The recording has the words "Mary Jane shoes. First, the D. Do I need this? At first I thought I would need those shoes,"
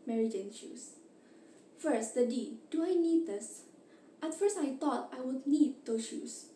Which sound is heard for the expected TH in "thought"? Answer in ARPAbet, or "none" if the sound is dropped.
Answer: T